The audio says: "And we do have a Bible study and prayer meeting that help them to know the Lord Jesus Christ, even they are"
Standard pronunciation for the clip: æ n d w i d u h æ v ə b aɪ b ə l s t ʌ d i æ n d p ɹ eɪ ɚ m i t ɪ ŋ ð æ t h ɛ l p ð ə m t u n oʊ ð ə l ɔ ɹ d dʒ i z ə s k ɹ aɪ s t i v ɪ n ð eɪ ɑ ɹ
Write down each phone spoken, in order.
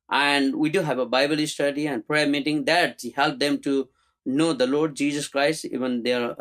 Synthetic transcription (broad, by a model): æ n d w i d u h æ v ə b aɪ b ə l s t ʌ d i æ n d p ɹ eɪ ɚ m i t ɪ ŋ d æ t h ɛ l p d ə m t u n oʊ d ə l ɔ ɹ d dʒ i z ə s k ɹ aɪ s t i v ɪ n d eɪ ɹ